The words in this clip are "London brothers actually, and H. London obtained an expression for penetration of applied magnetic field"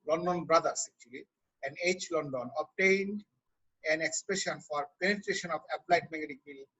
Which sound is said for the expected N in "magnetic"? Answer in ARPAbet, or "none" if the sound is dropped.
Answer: none